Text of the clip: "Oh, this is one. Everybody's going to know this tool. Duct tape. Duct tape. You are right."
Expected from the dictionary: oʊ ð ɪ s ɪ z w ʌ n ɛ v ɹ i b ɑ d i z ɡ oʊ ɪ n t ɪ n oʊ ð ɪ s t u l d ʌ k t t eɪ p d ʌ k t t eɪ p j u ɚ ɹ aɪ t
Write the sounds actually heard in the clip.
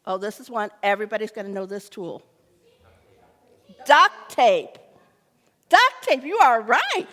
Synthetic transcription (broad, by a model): oʊ ð ɪ s ɪ z w ʌ n ɛ v ɹ i b ɑ d i z ɡ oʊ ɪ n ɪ n oʊ ð ɪ s t u l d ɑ k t t eɪ p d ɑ k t t eɪ p j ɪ ɚ ɹ aɪ t